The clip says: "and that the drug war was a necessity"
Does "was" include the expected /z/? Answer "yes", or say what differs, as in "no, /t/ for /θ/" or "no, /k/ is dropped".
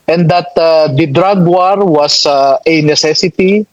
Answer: no, /s/ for /z/